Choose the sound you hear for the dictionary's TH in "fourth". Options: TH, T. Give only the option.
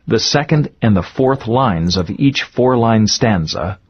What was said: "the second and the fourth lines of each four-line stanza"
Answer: TH